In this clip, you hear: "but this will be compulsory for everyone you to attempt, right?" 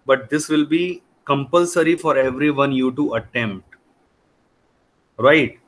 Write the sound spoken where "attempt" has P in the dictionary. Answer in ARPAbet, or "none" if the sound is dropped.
P